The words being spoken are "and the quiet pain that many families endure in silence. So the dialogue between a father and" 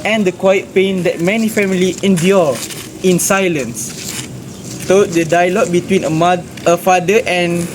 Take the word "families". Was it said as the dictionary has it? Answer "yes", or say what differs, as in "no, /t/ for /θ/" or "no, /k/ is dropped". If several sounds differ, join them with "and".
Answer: no, /z/ is dropped